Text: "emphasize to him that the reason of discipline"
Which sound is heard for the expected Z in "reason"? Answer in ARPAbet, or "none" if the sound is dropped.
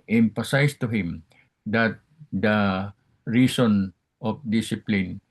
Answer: S